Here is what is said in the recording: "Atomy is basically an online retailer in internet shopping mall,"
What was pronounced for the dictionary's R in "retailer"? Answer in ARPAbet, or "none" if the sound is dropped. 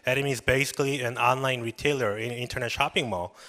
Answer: R